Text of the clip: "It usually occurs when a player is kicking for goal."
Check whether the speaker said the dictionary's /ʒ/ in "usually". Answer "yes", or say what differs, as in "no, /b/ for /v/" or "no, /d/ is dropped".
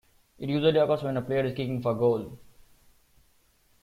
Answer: no, /z/ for /ʒ/